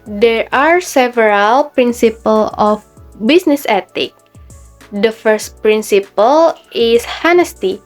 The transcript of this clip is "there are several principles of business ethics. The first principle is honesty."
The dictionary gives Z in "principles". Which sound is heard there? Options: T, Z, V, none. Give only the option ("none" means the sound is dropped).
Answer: none